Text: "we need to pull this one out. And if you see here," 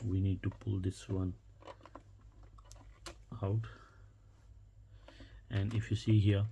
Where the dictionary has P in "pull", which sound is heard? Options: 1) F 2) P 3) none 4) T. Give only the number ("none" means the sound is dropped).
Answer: 2